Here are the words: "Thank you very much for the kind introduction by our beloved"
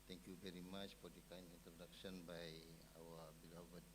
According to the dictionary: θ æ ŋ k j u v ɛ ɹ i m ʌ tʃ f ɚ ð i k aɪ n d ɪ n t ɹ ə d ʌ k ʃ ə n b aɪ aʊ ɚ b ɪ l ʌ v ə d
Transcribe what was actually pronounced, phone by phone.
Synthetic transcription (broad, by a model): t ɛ ŋ k j u v ɛ ɹ i m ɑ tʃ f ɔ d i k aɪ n ɪ n t ɹ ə d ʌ k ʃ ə n b aɪ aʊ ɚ b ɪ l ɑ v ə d